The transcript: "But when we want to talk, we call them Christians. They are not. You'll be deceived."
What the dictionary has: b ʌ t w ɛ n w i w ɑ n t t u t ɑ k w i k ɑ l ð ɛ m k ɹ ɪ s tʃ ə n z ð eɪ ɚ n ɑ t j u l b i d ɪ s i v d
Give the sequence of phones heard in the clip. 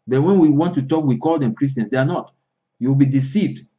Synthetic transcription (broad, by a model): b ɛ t w ɛ n w i w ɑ n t t u t ɑ k w i k ɑ l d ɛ m k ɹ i s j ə n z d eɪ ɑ n ɑ t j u w b i d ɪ s i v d